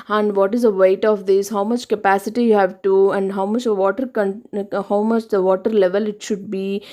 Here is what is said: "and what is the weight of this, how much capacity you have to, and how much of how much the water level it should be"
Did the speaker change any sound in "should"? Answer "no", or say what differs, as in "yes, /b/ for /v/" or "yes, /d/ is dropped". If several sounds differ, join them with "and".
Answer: no